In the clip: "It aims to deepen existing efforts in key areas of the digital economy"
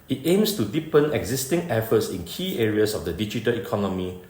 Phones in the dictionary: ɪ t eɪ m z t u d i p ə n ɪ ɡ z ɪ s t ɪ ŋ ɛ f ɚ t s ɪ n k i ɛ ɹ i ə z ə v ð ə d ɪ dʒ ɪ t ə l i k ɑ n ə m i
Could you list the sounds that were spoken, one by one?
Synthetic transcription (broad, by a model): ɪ t eɪ m s t u d i p ə n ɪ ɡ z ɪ s t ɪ ŋ ɛ f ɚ t s ɪ n k i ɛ ɹ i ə s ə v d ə d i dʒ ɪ t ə l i k ɑ n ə m i